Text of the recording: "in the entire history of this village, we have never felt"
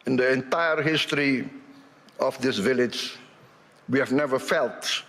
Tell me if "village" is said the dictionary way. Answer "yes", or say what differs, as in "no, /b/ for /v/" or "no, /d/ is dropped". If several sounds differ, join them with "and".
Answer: yes